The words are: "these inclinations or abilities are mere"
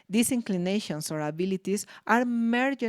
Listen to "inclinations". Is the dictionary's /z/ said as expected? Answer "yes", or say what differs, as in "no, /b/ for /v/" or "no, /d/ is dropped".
no, /s/ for /z/